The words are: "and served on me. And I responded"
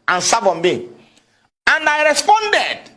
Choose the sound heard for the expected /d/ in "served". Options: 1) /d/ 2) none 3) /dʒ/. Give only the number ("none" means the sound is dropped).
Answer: 2